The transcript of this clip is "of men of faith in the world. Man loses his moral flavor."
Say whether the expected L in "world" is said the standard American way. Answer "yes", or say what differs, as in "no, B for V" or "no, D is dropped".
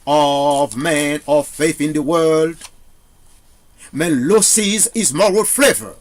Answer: yes